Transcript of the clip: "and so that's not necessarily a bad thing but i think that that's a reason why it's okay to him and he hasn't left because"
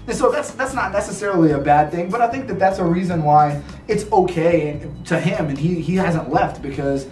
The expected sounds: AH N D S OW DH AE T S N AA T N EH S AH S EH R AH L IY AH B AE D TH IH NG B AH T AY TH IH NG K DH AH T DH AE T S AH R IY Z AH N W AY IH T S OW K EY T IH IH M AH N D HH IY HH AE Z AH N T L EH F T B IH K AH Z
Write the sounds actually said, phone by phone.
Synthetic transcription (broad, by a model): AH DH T S DH AE T S N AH T N EH S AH S EH R L IY AH B AE D TH IH NG B AH T AY TH IH NG K DH AH T DH AE T S AH R IY Z AH N W AY IH T S OW K EY T IH IH M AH N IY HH IY HH AE Z AH N T L EH F T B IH K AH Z